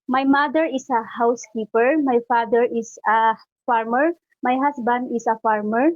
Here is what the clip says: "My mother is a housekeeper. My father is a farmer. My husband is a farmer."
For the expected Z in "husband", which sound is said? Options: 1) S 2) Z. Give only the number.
1